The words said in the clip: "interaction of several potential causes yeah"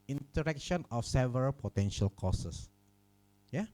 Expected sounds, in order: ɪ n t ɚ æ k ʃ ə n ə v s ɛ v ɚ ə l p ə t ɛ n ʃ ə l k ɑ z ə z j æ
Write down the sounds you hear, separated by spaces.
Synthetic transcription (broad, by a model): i n t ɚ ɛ k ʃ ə n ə f s ɛ v ɚ ə l p ə t ɛ n ʃ ə l k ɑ s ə s j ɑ